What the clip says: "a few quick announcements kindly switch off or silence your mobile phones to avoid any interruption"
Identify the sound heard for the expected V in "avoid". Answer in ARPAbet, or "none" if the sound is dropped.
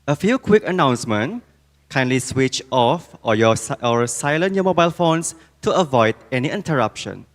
V